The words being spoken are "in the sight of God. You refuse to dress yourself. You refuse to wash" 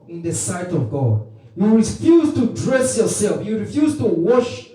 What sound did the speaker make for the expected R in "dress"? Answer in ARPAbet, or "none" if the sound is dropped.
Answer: R